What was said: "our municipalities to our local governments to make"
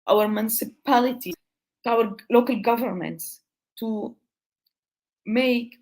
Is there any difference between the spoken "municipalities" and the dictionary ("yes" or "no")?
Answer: yes